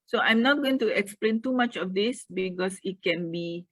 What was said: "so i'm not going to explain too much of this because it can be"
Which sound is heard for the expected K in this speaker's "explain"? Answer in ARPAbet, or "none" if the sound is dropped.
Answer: K